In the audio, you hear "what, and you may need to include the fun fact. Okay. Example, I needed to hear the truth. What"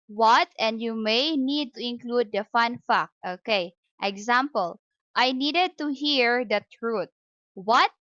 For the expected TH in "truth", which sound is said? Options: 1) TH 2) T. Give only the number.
2